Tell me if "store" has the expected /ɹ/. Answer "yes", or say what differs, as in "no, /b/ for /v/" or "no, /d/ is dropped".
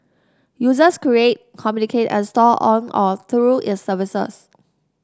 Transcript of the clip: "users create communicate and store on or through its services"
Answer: no, /l/ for /ɹ/